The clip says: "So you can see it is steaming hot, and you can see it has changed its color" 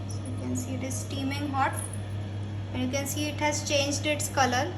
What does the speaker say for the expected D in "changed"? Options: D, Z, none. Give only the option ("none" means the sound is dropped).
D